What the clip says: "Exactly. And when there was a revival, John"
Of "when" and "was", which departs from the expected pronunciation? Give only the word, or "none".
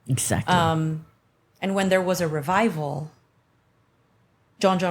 none